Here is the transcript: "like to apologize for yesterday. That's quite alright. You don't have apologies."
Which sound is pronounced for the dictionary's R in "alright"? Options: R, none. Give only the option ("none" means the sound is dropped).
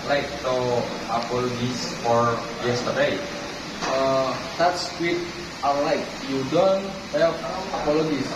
none